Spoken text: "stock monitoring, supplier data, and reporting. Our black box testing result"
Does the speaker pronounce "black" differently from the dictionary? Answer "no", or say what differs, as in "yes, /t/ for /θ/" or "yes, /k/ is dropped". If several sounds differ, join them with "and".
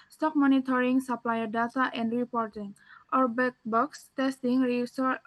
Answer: yes, /l/ is dropped